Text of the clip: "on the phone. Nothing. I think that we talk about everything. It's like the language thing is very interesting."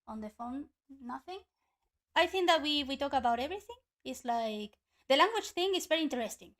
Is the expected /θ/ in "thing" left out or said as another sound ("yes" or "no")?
no